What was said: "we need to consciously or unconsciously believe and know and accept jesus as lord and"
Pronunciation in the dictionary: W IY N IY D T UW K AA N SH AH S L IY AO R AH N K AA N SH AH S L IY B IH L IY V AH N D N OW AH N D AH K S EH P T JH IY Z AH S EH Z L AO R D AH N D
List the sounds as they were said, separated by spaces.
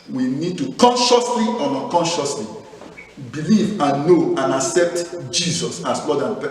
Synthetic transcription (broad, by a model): W IY N IY D T UW K AA N SH AH S L IY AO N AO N K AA N SH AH S L IY B IH L IY V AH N N OW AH N AH K S EH P T JH IY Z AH S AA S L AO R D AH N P